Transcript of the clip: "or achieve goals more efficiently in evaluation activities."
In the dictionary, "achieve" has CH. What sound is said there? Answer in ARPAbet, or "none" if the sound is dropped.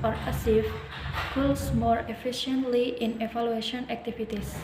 S